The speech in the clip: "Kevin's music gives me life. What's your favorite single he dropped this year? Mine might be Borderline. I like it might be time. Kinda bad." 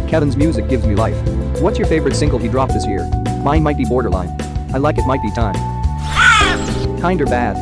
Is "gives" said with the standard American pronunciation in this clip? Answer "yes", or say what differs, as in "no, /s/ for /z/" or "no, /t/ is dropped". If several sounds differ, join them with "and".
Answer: yes